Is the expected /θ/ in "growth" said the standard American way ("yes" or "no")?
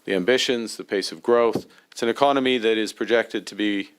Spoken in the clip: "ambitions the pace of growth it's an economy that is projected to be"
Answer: yes